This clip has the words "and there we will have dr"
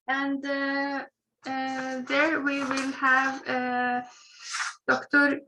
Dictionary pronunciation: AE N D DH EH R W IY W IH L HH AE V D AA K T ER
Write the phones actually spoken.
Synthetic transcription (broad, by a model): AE N D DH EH R W IY W IH L HH AE V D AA K T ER